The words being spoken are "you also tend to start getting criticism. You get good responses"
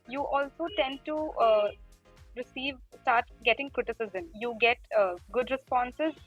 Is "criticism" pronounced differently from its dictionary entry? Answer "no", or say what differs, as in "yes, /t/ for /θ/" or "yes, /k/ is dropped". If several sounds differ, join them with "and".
no